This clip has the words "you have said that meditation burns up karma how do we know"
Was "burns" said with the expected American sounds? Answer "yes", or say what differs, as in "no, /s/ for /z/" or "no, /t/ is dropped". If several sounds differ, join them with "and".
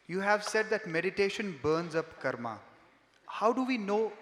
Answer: yes